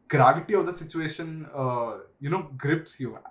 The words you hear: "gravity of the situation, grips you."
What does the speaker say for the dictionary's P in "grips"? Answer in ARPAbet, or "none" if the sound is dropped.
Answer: P